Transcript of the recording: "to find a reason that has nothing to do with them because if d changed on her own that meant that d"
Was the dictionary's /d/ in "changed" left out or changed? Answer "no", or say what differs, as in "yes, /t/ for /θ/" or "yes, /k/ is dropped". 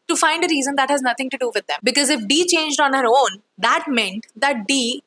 no